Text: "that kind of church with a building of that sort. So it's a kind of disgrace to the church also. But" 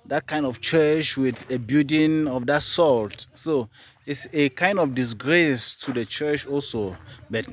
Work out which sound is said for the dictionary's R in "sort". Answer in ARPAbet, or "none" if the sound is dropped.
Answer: L